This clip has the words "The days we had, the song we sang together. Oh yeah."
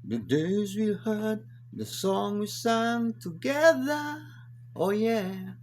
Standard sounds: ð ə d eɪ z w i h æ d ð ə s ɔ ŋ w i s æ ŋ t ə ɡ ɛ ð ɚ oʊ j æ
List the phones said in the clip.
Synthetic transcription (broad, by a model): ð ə d eɪ z w i h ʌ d ð ə s ɔ ŋ w i s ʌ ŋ t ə ɡ ɛ ð ɚ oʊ j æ